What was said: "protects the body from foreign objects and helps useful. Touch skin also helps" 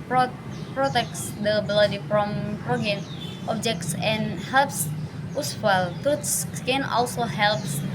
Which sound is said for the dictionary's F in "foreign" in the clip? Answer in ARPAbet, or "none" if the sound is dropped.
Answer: P